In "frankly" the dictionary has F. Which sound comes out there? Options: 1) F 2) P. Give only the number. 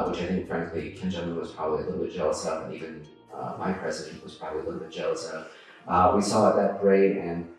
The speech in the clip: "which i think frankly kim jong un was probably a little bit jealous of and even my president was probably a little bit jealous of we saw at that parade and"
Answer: 1